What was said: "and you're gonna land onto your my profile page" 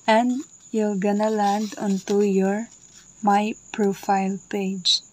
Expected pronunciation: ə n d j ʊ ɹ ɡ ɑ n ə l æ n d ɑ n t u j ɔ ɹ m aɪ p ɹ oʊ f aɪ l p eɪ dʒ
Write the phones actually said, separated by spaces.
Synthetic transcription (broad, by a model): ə n d j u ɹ ɡ ɑ n ə l æ n d ɑ n t u j ɔ ɹ m aɪ p ɹ oʊ f aɪ l p eɪ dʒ